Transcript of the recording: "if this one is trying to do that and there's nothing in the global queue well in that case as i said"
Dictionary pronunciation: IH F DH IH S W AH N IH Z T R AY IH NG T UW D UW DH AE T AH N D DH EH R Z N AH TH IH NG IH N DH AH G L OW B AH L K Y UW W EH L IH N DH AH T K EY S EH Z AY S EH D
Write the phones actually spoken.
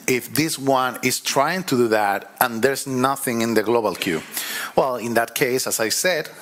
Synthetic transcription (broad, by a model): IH F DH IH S W AH N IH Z T R AY IH NG T UW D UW DH AE T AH N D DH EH R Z N AH TH IH NG IH N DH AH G L OW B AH L K Y UW W EH L IH N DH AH T K EY S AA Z AY S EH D